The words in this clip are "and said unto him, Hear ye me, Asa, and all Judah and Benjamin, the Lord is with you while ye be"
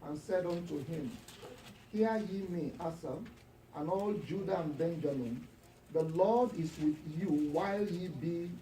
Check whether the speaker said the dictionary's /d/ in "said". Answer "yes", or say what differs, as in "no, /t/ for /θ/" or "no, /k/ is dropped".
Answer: yes